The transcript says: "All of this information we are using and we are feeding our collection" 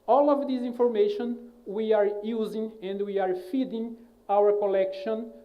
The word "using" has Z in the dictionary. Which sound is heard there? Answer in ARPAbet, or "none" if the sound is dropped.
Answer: Z